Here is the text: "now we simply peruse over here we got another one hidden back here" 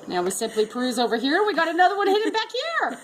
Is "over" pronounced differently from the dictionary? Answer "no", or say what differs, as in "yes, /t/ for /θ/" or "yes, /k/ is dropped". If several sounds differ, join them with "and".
no